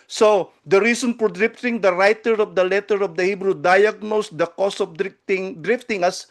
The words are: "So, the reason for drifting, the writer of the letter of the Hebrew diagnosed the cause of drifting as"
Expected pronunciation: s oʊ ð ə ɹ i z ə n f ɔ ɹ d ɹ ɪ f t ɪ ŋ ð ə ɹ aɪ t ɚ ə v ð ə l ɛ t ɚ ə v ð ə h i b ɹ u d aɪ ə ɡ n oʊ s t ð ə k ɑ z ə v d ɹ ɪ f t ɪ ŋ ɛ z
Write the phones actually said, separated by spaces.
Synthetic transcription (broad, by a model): s oʊ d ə ɹ i s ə n f ɔ ɹ d ɹ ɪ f t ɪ ŋ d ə ɹ aɪ t ɚ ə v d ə l ɛ t ɚ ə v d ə h i b ɹ u d aɪ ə ɡ n oʊ s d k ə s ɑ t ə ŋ d ɹ ɪ f t ɪ ŋ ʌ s